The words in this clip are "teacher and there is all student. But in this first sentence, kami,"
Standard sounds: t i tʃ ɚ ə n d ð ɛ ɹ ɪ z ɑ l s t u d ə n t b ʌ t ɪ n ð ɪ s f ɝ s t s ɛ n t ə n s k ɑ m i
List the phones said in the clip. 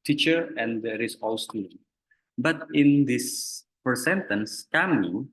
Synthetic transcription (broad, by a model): t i tʃ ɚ ə n d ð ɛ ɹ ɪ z ɑ l s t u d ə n b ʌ t ɪ n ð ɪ s p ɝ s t s ɛ n t ə n s k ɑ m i